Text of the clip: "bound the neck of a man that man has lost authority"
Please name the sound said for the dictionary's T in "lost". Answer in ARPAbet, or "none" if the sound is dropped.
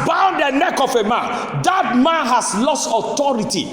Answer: T